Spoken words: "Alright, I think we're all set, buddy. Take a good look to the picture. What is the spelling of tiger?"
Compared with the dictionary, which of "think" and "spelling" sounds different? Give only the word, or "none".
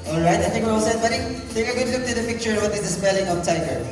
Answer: think